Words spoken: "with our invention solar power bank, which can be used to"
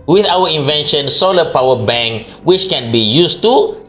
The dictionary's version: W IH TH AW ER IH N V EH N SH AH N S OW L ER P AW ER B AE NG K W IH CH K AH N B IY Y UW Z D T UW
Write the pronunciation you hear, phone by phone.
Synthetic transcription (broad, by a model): W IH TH AW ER IH N V EH N SH AH N S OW L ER P AW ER B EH NG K W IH CH K AH N B IY Y UW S T UW